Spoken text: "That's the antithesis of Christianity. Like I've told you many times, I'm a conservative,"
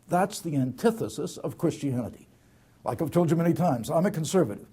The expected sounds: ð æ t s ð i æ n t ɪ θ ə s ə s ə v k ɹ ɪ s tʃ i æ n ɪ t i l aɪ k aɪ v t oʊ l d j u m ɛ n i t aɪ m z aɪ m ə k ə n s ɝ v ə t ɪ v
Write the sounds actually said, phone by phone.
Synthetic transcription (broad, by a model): ð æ t s ð i æ n t ɪ θ ə s ə s ə v k ɹ ɪ s tʃ i æ n ɪ t i l aɪ k aɪ v t oʊ l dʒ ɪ m ɛ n i t aɪ m z aɪ m ə k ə n s ɝ v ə t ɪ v